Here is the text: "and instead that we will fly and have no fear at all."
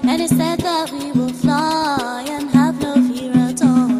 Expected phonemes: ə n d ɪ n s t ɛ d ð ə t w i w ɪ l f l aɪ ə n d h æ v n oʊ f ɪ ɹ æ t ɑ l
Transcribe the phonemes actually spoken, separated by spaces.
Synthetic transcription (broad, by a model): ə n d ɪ s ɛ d ð ə t w i w ɪ l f l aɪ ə n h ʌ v n oʊ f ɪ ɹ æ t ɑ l